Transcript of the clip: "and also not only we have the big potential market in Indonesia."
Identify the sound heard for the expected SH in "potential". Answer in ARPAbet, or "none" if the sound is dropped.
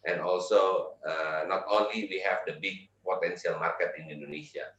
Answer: S